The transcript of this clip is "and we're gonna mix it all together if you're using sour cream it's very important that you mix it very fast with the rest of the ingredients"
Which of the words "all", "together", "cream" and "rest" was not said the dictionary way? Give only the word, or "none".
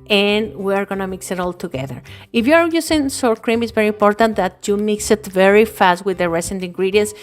rest